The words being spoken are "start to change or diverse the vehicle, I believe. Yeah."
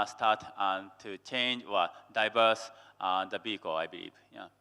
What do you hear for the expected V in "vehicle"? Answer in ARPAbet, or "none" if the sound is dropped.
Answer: B